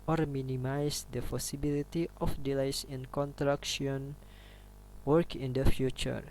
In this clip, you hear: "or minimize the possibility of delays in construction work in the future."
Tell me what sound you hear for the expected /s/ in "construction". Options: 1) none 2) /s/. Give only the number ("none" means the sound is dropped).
1